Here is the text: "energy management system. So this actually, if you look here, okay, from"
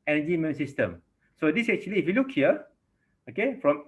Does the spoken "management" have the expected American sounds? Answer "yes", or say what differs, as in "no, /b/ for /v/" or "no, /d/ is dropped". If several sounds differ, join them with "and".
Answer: no, /dʒ/ is dropped